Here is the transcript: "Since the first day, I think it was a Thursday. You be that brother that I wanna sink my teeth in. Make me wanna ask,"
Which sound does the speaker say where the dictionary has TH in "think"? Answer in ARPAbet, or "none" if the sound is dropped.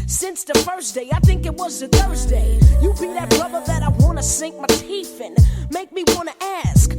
TH